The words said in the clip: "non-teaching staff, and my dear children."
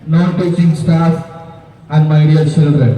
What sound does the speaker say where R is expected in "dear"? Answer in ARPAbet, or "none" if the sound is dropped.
L